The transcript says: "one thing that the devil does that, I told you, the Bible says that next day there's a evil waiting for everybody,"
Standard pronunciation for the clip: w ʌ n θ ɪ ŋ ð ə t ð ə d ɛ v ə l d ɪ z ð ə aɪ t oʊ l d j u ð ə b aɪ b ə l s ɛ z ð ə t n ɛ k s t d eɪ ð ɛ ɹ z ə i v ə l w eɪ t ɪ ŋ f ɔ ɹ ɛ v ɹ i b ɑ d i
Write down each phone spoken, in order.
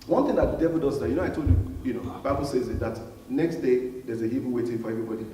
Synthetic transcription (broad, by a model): w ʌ n θ ɪ ŋ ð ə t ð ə d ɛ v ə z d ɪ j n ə aɪ t oʊ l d j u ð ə b aɪ b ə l s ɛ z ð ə t n ɛ k s t d eɪ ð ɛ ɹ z ə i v w eɪ t ɪ ŋ f ɔ ɹ ɛ v ɹ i b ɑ d i